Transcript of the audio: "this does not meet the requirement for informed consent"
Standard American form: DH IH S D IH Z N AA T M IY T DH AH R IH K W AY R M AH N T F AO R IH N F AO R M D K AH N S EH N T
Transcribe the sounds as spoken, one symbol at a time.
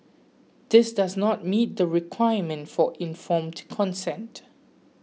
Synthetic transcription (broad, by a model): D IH S D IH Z N AA T M IY T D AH R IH K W AY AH M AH N T F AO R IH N F AO M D K AH N S EH N T